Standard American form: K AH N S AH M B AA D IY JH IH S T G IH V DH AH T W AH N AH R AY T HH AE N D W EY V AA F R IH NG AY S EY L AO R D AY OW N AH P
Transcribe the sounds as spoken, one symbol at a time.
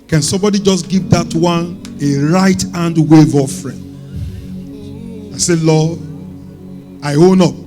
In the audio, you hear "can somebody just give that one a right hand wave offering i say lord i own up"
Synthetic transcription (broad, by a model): K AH N S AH M B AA D IY JH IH S G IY V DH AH T W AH N AH R AY T HH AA N D W EY V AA F R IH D AY S EY L AO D AY OW N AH P